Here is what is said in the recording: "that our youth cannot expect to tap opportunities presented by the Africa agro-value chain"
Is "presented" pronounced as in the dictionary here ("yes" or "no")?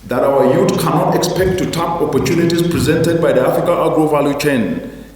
yes